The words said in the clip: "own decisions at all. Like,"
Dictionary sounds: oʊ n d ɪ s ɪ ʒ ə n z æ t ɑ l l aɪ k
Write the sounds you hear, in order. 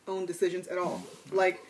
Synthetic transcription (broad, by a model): oʊ n d ɪ s ɪ ʒ ə n z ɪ t ɑ l l aɪ k